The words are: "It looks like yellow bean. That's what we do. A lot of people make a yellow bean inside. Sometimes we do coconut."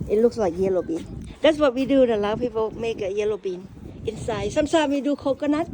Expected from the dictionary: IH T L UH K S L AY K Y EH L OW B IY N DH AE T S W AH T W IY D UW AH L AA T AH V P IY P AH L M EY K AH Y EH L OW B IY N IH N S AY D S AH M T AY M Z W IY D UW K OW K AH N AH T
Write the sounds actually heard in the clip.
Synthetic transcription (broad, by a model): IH T L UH K S L AY K Y EH L OW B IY N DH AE T S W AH T W IY D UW AH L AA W P IY P AH L M EY K AH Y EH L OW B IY N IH N S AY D S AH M S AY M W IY D UW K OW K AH N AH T